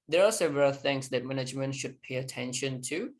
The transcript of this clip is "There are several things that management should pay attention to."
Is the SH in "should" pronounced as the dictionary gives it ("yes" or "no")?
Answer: yes